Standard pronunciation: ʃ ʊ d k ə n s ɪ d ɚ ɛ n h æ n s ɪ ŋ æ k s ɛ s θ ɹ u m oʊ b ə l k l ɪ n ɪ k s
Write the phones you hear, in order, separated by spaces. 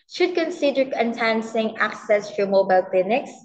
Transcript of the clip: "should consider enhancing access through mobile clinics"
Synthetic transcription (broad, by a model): ʃ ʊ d k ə n s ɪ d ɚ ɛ n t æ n s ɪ ŋ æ k s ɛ s t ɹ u m oʊ b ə l k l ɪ n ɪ k s